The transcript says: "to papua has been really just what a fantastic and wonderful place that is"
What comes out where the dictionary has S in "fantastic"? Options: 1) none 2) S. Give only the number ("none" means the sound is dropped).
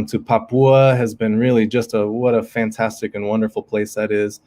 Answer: 2